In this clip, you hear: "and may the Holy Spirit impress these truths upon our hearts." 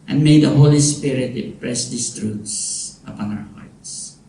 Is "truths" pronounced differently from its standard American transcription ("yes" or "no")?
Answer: yes